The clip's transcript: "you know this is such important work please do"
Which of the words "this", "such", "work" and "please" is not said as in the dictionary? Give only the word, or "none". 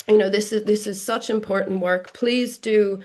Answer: none